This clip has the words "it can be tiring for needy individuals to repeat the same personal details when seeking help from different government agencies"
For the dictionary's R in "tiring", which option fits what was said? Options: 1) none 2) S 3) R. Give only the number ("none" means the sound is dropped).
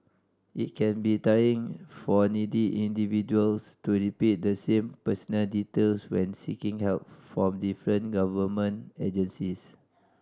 1